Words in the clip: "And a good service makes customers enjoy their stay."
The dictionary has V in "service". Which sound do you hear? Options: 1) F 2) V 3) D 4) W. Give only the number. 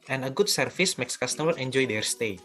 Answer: 1